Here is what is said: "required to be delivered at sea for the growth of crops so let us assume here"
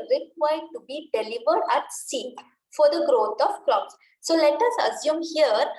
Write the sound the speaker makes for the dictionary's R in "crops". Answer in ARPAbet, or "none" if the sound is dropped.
L